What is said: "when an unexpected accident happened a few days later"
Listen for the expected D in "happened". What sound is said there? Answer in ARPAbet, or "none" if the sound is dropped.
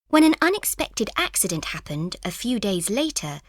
D